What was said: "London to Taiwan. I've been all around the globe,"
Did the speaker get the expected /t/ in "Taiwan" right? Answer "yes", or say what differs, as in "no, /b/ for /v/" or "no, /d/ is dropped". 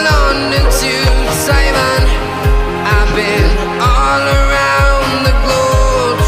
no, /s/ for /t/